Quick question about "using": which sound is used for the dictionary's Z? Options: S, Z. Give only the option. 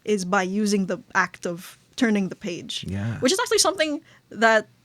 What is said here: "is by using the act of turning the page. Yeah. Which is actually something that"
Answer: Z